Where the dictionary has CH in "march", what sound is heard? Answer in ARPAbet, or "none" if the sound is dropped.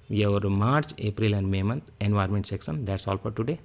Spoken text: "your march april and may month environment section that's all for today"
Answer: CH